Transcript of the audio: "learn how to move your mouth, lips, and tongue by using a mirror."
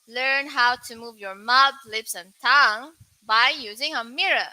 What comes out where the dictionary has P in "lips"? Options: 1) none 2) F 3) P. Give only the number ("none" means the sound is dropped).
3